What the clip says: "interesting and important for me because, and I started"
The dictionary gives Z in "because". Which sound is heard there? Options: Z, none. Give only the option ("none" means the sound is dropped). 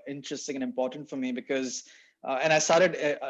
Z